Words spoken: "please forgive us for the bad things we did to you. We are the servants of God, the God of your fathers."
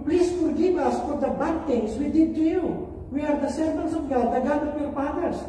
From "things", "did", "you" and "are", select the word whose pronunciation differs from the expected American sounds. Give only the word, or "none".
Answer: things